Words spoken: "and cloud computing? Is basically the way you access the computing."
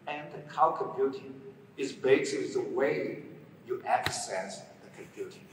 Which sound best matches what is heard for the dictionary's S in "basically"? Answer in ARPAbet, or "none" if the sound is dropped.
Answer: none